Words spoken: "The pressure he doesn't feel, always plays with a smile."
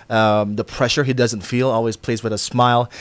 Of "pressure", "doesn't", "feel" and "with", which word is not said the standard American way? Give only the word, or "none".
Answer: none